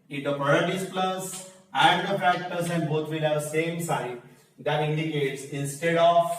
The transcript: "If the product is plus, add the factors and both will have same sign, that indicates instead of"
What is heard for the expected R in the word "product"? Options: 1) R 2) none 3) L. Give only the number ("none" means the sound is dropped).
2